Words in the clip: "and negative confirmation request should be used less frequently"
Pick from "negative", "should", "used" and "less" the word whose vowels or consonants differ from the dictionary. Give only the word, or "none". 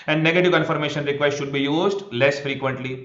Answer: none